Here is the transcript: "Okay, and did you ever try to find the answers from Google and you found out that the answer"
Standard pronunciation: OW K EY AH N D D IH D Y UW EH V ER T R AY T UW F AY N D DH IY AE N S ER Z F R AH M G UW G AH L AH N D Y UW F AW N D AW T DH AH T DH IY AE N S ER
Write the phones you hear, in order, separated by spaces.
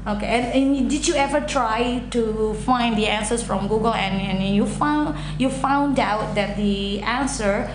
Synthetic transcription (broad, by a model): OW K EY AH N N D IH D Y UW EH V ER T R AY T UW F AY N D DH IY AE N S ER S F R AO M G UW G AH L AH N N Y UW F AW N D AW T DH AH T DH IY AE N S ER